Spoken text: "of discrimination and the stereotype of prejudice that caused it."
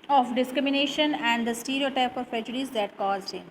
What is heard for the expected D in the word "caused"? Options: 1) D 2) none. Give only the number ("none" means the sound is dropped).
2